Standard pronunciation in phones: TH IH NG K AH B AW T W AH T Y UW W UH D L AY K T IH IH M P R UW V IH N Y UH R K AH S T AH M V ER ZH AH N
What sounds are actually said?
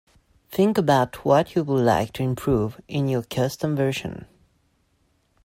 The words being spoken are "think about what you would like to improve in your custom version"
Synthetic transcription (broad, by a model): TH IH NG K AH B AW T W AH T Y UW W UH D L AY K T IH IH M P R UW V IH N Y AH R K AH S T AH M V ER SH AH N